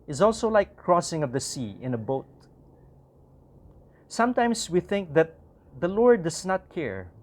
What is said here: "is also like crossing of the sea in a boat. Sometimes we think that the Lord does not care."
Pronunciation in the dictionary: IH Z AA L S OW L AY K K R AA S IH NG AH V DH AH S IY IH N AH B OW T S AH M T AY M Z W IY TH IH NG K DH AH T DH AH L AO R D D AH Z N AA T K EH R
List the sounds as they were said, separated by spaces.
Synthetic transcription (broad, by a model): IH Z AA L S OW L AY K K R AA S IH NG AH V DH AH S IY IH N AH B OW T S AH M T AY M S W IY TH IH NG K DH AH T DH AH L AO R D D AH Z N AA T K EH R